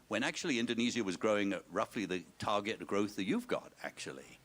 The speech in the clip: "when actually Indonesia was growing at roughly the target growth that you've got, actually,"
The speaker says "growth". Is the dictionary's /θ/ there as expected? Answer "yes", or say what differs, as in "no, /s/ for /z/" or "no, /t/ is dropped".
yes